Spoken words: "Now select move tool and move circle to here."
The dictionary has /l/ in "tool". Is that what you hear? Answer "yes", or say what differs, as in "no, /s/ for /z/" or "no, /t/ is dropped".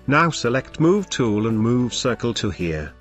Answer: yes